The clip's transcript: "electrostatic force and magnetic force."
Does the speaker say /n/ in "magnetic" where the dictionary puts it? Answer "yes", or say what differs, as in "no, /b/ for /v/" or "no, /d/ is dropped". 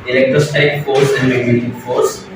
no, /n/ is dropped